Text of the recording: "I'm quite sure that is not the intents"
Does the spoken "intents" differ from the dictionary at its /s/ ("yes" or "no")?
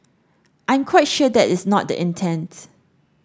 yes